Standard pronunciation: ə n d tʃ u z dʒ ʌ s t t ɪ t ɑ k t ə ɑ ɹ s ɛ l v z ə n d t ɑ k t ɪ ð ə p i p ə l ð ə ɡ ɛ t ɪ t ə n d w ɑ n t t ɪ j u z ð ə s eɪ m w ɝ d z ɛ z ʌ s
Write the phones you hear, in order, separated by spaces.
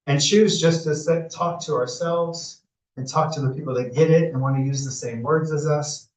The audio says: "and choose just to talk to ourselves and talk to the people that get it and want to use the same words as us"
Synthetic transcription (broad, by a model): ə n tʃ u z dʒ ʌ s t s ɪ t ɑ k t ə ɑ ɹ s ɛ l v z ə n t ɑ k t ɪ ð ə p i p l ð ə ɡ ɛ t ɪ t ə n w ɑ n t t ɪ j u z ð ə s eɪ m w ɝ d z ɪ z ʌ s